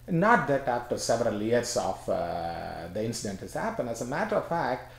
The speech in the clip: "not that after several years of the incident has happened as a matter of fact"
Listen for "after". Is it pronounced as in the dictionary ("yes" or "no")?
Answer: yes